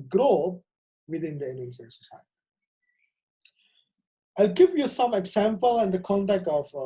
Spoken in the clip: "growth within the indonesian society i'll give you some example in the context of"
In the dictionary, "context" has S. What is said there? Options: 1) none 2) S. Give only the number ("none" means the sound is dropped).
1